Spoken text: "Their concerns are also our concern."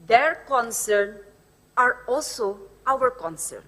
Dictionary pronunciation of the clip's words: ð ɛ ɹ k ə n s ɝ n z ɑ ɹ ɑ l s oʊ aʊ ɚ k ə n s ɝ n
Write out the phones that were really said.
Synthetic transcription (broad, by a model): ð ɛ ɹ k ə n s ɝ n ɑ ɹ ɑ l s oʊ aʊ ɚ k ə n s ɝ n